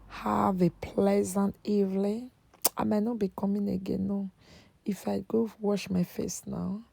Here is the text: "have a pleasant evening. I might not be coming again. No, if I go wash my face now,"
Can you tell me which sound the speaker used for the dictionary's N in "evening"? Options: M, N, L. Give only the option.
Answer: L